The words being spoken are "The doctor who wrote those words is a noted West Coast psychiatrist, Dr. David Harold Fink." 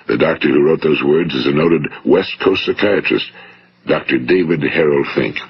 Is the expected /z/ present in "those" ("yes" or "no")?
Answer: yes